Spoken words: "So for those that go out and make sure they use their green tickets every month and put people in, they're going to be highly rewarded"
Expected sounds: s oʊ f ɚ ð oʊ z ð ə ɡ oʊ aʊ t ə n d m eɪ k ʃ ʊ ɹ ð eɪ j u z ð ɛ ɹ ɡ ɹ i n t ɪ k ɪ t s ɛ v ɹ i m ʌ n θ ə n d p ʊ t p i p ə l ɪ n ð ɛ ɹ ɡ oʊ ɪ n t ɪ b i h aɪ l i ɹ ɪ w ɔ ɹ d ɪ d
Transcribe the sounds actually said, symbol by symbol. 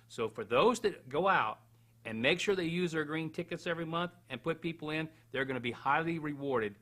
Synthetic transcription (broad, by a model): s oʊ f ɚ ð oʊ z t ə ɡ oʊ aʊ t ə n m eɪ k ʃ ʊ ɹ ð eɪ j u z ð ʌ ɹ ɡ ɹ i n t ɪ k ɪ t s ɛ v ɹ i m ʌ n θ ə n p ʊ t p i p l ɪ n ð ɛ ɹ ɡ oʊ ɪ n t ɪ b i h aɪ l i ɹ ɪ w ɔ ɹ d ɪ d